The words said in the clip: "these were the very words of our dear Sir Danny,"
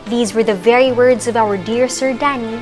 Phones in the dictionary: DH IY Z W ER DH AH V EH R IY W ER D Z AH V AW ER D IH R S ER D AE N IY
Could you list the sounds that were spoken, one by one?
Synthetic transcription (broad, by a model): DH IY Z W ER DH AH V EH R IY W ER D Z AH V AW ER D IH R S ER D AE N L